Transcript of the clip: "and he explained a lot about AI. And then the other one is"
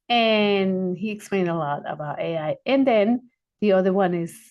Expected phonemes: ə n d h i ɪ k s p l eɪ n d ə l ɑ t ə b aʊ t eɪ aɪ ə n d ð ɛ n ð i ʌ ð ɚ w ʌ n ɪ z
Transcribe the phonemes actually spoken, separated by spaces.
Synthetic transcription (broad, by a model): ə n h i ɪ k s p l eɪ n d ə l ɑ t ə b aʊ t eɪ aɪ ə n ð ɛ n ð i ʌ ð ɚ w ʌ n ɪ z